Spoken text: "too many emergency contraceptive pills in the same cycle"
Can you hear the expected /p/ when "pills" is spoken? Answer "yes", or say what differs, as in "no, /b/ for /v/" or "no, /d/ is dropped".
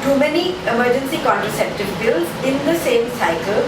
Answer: no, /b/ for /p/